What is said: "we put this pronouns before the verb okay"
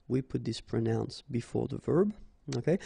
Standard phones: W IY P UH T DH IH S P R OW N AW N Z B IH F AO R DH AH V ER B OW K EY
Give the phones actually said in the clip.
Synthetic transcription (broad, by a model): W IY P UH T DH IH S P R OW N AW N S B IH F AO R DH AH V ER B OW K EY